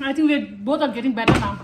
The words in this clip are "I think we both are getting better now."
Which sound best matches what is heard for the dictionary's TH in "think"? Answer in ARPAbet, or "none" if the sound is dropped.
T